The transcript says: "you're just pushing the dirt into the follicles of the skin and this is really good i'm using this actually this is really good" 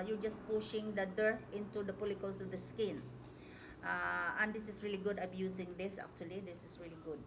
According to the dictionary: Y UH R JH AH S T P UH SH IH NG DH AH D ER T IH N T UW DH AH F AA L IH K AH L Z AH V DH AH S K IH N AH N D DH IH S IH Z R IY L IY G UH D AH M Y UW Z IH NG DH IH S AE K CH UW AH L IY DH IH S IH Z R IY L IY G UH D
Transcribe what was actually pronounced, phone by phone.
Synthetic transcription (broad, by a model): Y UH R JH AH S P UH SH IH NG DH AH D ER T IH N T UW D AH P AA L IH K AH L S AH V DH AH S K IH N AH N D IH S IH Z R IY L IY G UH D AH M Y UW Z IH NG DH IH S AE K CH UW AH L IY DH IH S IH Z R IY L IY G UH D